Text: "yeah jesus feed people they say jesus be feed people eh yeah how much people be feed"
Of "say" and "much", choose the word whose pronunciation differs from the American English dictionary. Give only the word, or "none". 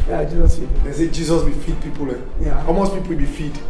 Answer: much